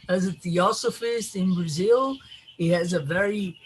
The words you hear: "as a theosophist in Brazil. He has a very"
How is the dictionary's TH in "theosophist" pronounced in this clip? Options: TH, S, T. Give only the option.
TH